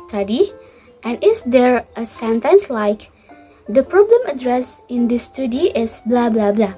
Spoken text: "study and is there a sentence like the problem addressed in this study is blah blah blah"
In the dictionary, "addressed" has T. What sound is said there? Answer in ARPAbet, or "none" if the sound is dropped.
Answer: none